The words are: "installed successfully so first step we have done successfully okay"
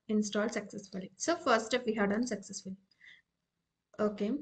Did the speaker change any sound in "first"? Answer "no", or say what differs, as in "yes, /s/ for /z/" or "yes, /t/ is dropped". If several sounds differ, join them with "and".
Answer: yes, /s/ is dropped